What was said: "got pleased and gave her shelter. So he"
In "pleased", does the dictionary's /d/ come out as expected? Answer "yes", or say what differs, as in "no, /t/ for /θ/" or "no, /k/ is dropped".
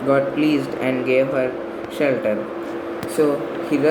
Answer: yes